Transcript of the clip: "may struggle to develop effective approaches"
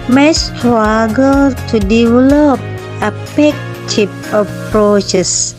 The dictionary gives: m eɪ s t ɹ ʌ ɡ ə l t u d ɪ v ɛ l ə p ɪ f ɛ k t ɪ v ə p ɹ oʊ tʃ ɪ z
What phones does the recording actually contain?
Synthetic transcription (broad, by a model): m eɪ s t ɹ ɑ ɡ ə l t u d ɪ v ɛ l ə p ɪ p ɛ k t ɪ p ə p ɹ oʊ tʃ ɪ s